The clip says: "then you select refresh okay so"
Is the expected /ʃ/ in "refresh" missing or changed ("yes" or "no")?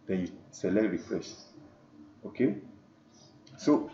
yes